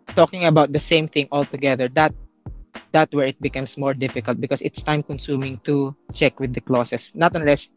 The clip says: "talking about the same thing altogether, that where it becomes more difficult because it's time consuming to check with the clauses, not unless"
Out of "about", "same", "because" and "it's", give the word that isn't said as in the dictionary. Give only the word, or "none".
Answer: because